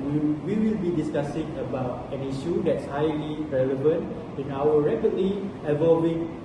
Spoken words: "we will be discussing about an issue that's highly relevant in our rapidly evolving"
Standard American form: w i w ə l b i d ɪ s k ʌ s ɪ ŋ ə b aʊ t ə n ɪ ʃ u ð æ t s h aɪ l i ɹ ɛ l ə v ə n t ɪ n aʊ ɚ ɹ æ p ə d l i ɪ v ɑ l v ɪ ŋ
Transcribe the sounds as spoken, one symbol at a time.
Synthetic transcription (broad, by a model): w i w ə l b i d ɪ s k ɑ s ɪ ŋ ə b aʊ t ə n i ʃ u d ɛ t s h aɪ l i ɹ ɛ l ə v ə n t ɪ n aʊ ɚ ɹ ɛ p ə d l i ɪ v ɑ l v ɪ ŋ